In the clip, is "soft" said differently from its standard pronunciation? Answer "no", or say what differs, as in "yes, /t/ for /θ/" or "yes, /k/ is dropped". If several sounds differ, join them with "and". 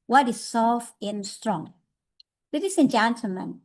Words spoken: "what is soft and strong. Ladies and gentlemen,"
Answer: yes, /t/ is dropped